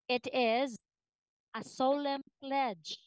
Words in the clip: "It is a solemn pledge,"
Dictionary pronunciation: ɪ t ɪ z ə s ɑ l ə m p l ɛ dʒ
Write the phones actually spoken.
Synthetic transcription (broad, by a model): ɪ t ɪ z ə s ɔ l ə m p l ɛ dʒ